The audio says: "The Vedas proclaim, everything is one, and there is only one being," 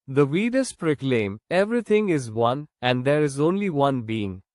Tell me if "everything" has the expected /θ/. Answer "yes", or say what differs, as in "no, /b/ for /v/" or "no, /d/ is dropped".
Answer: no, /t/ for /θ/